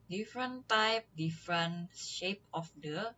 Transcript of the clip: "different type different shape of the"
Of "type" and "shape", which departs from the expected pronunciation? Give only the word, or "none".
none